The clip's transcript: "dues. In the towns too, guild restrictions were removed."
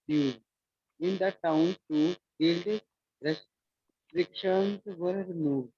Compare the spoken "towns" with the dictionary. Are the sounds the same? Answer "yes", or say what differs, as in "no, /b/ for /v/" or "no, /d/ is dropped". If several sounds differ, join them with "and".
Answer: no, /z/ is dropped